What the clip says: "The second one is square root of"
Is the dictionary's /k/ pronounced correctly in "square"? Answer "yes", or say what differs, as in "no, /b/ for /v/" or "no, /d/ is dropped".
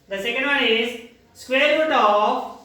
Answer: yes